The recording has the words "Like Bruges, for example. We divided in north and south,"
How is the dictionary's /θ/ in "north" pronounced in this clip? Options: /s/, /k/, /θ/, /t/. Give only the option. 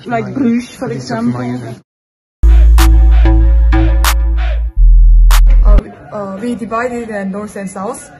/s/